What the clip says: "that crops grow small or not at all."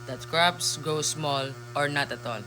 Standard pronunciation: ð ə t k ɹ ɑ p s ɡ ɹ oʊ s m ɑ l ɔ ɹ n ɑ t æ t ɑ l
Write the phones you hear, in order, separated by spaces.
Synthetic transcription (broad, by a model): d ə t k ɹ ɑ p s ɡ oʊ s m ɑ l ɔ ɹ n ɑ t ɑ t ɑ l